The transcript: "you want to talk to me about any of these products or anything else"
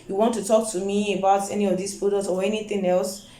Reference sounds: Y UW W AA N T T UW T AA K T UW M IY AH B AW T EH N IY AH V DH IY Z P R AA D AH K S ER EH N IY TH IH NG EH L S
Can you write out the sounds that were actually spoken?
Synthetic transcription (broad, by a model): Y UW W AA N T T UW T AA K T UW M IY AH B AW T EH N IY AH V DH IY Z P IY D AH S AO EH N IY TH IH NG EH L S